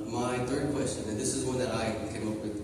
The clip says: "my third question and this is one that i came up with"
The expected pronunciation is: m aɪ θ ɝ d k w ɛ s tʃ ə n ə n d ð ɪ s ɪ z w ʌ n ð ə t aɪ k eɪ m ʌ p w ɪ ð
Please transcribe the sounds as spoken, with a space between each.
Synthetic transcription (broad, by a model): m aɪ θ ɝ d k w ɛ s tʃ ə n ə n ð ɪ s ɪ z w ʌ n ð ə t aɪ k eɪ m ʌ p w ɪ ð